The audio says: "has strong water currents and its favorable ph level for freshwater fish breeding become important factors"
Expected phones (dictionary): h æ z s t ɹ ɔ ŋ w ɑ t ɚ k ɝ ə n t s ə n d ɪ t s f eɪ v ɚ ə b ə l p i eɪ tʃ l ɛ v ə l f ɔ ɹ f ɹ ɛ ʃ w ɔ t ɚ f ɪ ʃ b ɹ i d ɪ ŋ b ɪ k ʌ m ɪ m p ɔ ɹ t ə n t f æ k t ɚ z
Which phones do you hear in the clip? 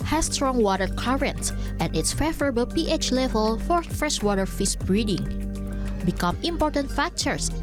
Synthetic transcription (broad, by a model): h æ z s t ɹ ɔ ŋ w ɑ t ɚ k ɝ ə n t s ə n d ɪ t s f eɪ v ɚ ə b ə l p i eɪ tʃ l ɛ v ə l f ɔ ɹ f ɹ ɛ ʃ w ɔ t ɚ f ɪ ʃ b ɹ i d ɪ ŋ b ɪ k ʌ m ɪ m p ɔ ɹ t ə n t f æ k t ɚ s